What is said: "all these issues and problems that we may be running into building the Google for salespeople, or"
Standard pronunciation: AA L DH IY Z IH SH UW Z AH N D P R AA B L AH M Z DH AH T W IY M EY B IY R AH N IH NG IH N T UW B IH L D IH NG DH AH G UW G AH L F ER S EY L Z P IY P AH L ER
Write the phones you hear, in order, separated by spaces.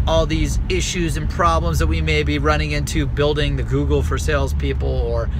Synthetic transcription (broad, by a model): AA L DH IY Z IH SH UW Z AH N P R AA B L AH M Z DH AH T W IY M EY B IY R AH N IH NG IH N T UW B IH L D IH NG DH AH G UW G L F ER S EY L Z P IY P L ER